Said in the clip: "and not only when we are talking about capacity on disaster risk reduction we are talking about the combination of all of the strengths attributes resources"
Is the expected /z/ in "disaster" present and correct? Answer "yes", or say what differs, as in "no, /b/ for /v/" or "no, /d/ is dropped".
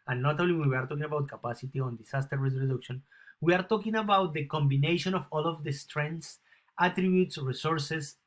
no, /s/ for /z/